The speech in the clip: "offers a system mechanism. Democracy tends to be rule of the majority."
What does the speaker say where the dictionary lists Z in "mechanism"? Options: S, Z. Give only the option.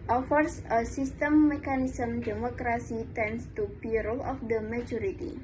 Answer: S